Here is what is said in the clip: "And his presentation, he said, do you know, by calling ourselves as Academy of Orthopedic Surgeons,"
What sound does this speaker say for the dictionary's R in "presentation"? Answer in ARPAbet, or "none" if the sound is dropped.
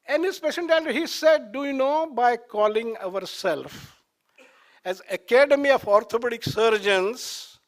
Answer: none